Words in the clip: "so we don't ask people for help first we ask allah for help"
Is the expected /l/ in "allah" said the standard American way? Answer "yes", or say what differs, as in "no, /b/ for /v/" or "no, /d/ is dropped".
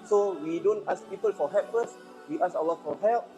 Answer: no, /w/ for /l/